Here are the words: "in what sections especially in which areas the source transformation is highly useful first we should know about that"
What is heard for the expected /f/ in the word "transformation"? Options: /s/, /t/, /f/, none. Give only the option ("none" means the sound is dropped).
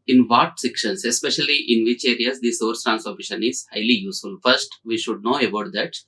none